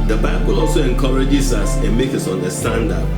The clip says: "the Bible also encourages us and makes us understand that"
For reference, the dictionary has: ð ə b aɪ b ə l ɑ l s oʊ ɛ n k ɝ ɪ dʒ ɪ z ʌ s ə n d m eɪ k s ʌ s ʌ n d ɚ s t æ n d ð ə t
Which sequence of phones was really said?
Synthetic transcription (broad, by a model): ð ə b aɪ b ə l ɑ l s oʊ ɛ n k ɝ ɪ dʒ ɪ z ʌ s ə n m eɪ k ʌ s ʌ n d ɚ s t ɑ n d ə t